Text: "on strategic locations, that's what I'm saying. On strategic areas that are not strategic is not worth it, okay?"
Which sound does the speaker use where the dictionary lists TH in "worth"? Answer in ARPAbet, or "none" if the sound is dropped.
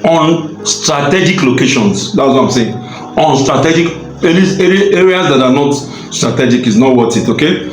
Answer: T